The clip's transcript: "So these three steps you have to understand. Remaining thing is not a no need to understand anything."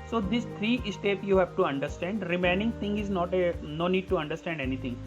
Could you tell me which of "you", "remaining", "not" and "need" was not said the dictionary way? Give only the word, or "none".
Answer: none